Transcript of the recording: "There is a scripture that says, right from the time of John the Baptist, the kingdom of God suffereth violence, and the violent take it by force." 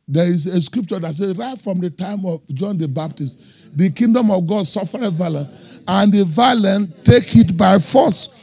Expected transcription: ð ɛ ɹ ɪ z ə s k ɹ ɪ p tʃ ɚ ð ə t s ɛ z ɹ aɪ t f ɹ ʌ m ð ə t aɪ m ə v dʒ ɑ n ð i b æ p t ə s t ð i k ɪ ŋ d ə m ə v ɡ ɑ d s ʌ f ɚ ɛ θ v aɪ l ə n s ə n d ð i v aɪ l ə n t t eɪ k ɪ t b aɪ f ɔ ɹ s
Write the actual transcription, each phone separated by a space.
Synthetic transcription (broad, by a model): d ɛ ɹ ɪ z ə s k ɹ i p tʃ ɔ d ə t s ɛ ɹ aɪ t f ɹ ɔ m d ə t aɪ m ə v dʒ ɑ n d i b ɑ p t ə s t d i k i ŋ d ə m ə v ɡ ɑ d s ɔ f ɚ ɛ v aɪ l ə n ə n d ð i v aɪ l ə n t t eɪ k ɪ t b aɪ f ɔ s